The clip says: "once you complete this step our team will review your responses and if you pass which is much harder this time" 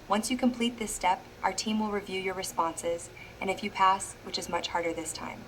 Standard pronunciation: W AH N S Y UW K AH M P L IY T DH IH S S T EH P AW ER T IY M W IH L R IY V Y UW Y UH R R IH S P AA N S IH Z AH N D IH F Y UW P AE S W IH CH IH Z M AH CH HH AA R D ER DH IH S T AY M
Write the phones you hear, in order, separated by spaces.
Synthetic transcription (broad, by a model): W AH N S Y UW K AH M P L IY T DH IH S S T EH P AW ER T IY M W IH L R IY V Y UW Y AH R R IH S P AA N S IH Z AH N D IH F Y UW P AE S W IH CH IH Z M AH CH HH AA R D ER DH IH S T AY M